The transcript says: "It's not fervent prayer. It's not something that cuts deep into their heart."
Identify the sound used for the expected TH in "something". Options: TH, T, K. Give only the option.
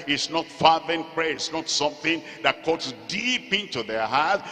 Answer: TH